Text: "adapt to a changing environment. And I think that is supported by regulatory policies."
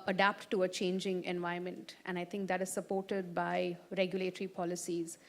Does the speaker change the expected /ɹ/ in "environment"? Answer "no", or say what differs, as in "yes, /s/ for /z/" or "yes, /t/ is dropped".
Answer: yes, /ɹ/ is dropped